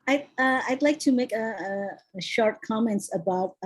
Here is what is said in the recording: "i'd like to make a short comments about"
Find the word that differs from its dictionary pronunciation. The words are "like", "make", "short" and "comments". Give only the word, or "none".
none